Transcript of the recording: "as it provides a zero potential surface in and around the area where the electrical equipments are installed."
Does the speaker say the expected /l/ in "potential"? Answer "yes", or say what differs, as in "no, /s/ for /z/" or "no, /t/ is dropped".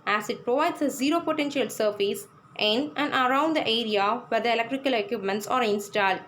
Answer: yes